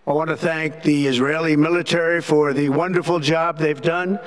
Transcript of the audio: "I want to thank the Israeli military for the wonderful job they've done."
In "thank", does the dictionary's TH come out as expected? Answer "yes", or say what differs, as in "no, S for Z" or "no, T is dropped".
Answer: yes